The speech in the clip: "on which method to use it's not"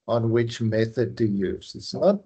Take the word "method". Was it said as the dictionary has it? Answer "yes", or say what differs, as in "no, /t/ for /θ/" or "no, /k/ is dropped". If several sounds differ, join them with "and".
yes